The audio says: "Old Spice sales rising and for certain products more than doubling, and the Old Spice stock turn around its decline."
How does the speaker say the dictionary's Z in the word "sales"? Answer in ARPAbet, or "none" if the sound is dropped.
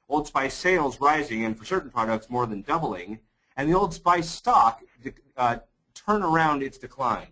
Z